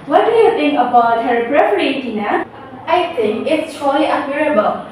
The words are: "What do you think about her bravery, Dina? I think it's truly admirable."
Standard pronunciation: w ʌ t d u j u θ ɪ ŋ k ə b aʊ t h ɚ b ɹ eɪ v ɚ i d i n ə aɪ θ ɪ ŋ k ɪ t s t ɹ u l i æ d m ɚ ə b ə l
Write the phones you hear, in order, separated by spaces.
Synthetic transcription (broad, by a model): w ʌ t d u j u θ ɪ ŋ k ə b aʊ t h ɚ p ɹ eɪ p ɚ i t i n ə aɪ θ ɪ ŋ k ɪ t s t ɔ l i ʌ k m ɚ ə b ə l